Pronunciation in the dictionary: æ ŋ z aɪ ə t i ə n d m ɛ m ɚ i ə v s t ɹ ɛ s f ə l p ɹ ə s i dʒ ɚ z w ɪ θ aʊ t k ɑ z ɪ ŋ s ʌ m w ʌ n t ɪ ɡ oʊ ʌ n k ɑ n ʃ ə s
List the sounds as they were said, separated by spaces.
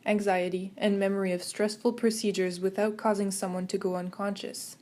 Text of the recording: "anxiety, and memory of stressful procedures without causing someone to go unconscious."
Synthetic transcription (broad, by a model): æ ŋ z aɪ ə t i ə n m ɛ m ɚ i ə v s t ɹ ɛ s f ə l p ɹ ə s i dʒ ɚ z w ɪ θ aʊ t k ɑ z ɪ ŋ s ʌ m w ʌ n t ɪ ɡ oʊ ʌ n k ɑ n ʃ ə s